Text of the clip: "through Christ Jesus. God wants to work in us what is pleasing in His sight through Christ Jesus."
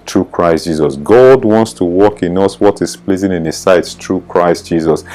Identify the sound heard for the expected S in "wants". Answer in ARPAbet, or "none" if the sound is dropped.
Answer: S